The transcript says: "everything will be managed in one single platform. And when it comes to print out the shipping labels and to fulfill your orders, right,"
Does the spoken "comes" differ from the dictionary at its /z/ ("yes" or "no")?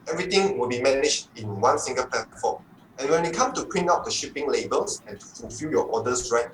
yes